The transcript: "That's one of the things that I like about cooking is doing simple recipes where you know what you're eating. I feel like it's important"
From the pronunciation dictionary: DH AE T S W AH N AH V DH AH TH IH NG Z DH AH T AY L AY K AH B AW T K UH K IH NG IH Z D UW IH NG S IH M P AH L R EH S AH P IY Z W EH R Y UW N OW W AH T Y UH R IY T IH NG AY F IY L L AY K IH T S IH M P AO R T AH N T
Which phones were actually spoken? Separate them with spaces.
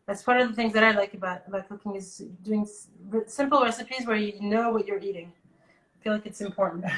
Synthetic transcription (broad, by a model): DH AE T S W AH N AH V DH AH TH IH NG Z DH AH T AY L AY K AH B AW T K UH K IH NG IH Z D UW IH NG S IH M P L R EH S AH P IY Z W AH R Y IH N OW W AH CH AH R IY T IH NG AY F IY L L AY K IH T S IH M P AO R T N T